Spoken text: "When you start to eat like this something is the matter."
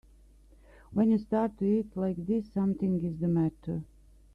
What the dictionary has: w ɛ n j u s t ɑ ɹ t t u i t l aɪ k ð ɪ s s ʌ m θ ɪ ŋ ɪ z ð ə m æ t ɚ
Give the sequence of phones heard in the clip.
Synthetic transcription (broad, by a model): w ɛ n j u s t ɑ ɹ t t u i t l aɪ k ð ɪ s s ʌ m t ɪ ŋ ɪ z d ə m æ t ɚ